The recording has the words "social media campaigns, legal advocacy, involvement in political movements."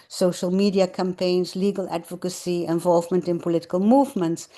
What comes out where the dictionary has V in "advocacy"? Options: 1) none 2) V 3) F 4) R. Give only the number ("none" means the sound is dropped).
2